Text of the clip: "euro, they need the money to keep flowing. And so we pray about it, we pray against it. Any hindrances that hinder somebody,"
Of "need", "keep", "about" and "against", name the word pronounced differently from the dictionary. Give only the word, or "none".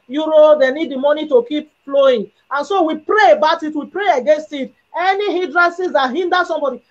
none